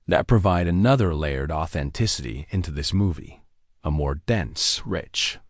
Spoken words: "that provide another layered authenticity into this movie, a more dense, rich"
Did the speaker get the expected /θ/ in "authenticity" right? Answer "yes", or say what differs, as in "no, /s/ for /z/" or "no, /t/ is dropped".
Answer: yes